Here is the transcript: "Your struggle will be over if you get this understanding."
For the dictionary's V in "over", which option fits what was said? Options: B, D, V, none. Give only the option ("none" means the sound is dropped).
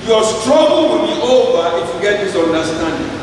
V